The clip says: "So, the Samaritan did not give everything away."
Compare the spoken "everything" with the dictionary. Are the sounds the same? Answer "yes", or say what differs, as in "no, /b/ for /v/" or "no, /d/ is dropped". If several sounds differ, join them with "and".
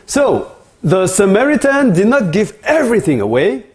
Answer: yes